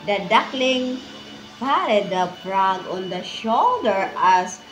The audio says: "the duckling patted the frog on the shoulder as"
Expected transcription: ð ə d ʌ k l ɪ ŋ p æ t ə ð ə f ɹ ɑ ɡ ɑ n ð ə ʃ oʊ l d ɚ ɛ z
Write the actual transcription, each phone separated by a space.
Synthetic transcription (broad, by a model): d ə d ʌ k l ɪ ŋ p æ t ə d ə p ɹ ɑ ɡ ɑ n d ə ʃ oʊ l d ɚ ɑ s